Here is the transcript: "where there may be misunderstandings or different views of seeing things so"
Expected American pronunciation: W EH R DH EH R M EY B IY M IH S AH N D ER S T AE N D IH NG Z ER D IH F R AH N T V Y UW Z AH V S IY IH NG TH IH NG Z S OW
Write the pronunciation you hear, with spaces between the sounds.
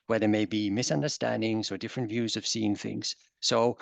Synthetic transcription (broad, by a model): W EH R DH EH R M EY B IY M IH S AH N D ER S T AE N D IH NG Z ER D IH F R AH N T V Y UW Z AH V S IY IH NG TH IH NG Z S OW